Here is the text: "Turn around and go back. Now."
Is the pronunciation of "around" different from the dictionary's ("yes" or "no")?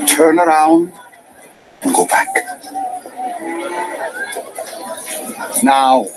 no